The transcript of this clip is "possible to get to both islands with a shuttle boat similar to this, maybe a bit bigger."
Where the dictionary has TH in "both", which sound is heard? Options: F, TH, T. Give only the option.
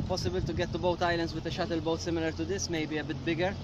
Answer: T